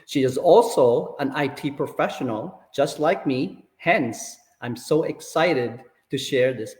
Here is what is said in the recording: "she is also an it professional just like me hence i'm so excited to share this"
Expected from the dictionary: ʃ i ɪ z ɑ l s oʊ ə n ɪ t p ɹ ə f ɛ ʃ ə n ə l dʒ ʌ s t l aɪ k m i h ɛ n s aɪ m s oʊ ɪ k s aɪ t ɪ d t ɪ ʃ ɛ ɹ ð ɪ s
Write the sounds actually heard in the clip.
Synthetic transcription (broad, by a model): ʃ i ɪ z ɑ l s oʊ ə n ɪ t p ɹ ə f ɛ ʃ ə n ə l dʒ ʌ s t l aɪ k m i h ɛ n s aɪ m s oʊ ɪ k s aɪ t ɪ d t ɪ ʃ ɛ ɹ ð ɪ s